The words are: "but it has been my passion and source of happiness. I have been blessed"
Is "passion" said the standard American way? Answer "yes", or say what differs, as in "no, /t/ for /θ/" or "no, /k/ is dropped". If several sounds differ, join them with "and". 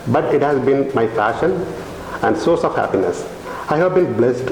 no, /f/ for /p/